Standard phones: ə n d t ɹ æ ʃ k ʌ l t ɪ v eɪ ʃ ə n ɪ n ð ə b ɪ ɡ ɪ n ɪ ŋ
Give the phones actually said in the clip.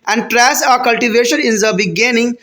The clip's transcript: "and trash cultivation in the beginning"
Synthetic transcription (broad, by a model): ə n d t ɹ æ s k ʌ l t ɪ v eɪ ʃ ə n ɪ n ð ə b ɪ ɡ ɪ n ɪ ŋ